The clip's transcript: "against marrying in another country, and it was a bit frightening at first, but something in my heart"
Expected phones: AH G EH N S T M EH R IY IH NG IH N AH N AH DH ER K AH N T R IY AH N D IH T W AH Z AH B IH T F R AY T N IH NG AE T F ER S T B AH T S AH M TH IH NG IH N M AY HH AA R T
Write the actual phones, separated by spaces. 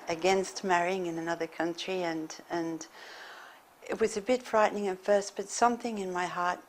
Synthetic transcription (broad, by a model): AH G EH N S T M EH R IY IH NG IH N AH N AH DH ER K AH N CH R IY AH N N IH T W AH Z AH B IH T F R AY T N IH NG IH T F ER S T B AH T S AH M TH IH NG IH N M AY HH AA R T